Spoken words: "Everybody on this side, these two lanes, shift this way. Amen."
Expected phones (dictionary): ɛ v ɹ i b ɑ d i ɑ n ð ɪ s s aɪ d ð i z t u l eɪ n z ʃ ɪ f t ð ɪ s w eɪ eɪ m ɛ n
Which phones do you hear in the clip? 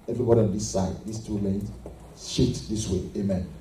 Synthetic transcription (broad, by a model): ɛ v ɹ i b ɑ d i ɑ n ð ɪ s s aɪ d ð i s t u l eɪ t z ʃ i t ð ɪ s w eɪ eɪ m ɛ n